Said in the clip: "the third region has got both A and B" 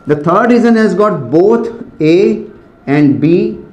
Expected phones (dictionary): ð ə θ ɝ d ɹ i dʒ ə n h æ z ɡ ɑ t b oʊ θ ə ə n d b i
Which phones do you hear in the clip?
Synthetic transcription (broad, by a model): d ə t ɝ d ɹ i z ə n h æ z ɡ ɑ t b oʊ t ə ə n d b i